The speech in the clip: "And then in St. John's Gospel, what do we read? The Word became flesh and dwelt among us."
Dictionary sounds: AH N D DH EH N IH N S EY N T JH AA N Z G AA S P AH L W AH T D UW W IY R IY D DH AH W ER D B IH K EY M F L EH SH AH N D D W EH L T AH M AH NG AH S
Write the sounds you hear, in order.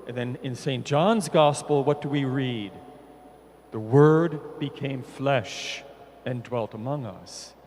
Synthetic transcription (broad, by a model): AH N DH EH N IH N S EY N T JH AA N Z G AA S P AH L W AH T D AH W IY R IY D DH AH W ER D B IH K EY M F L EH SH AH N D D W EH L T AH M AH NG AH S